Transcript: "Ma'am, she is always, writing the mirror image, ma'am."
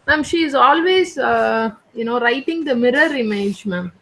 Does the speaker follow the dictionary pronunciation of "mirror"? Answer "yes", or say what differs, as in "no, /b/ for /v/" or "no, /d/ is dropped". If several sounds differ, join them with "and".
yes